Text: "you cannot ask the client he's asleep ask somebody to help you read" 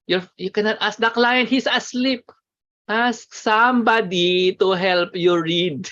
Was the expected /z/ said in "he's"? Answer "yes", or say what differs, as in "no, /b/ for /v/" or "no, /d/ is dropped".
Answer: no, /s/ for /z/